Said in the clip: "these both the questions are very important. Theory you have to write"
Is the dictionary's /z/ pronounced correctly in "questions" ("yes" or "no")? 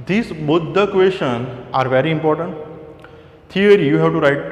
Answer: no